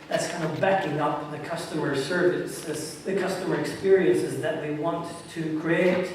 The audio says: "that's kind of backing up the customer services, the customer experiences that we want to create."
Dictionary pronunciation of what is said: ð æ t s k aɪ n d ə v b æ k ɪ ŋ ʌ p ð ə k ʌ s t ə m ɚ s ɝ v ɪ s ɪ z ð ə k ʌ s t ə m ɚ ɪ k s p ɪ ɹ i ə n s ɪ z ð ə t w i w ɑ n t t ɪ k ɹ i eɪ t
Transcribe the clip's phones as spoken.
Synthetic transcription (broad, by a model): ð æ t s k aɪ n d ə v b æ k ɪ ŋ ʌ p ð ə k ʌ s t ə m ɚ s ɝ v ɪ s ɪ z ð ə k ʌ s t ə m ɚ ɪ k s p ɪ ɹ i ə n s ɪ z ð ə t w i w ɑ n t t ɪ k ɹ i eɪ t